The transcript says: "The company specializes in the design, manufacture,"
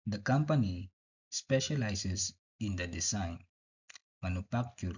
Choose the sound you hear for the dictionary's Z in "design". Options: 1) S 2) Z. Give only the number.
1